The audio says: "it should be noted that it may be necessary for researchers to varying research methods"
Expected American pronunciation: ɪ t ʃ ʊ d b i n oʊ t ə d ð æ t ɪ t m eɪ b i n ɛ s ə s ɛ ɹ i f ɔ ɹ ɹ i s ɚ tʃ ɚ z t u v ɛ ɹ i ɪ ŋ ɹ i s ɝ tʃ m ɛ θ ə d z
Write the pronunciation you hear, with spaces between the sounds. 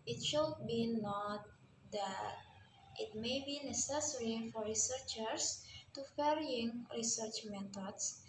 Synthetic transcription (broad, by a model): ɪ t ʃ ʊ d b i n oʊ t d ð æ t ɪ t m eɪ b i n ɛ s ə s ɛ ɹ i f ɔ ɹ ɹ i s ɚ tʃ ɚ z t u f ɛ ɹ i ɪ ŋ ɹ i s ɝ tʃ m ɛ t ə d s